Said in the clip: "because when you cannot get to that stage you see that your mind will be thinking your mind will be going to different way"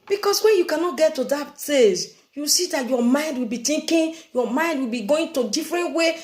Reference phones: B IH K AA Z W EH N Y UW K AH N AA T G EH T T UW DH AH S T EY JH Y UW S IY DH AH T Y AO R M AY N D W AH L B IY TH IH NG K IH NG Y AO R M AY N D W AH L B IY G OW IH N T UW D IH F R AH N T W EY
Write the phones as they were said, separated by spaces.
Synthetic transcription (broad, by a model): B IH K AA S W EH N Y UW K AH N AA T G EH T T UW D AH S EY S Y UW S IY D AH T Y AO M AY N D W AH L B IY T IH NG K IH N Y AO M AY N D W AH L B IY G OW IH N T UW D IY F R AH N T W EY